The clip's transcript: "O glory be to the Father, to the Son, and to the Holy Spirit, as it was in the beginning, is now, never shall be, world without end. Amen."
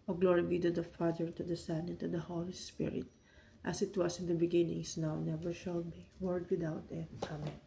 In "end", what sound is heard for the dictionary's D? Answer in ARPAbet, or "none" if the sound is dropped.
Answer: none